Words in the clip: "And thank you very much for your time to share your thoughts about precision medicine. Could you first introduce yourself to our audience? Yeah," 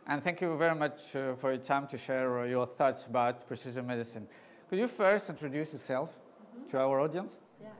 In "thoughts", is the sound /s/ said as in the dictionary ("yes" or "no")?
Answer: yes